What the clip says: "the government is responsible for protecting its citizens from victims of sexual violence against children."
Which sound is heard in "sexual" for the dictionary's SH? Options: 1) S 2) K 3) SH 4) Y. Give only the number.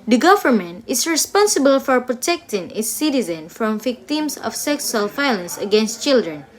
1